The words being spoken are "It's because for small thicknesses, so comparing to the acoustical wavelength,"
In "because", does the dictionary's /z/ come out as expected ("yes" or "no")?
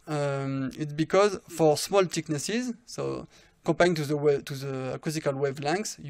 yes